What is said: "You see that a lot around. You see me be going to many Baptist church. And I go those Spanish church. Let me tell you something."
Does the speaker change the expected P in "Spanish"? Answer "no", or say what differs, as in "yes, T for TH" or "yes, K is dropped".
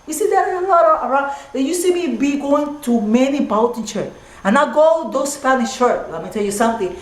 yes, F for P